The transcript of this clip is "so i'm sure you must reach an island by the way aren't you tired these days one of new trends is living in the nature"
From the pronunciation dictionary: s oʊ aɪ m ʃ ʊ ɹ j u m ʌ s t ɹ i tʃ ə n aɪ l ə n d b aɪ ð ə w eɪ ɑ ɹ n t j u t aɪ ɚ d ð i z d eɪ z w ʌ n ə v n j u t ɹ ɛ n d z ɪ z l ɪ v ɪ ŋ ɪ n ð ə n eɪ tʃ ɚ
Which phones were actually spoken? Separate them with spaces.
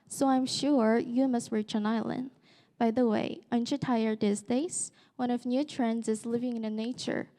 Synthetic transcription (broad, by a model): s oʊ aɪ m ʃ ʊ ɹ j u m ʌ s t ɹ i tʃ ə n aɪ l ə n d b aɪ ð ə w eɪ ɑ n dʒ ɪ t aɪ ɚ d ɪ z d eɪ s w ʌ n ə v n j u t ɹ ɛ n d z ɪ z l ɪ v ɪ ŋ ɪ n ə n eɪ tʃ ɚ